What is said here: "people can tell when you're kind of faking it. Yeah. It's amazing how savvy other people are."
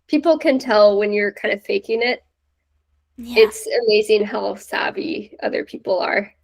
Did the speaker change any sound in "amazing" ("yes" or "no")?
no